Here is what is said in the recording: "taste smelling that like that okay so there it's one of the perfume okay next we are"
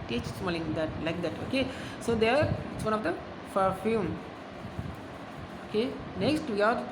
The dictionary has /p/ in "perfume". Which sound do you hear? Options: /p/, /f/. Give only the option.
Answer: /f/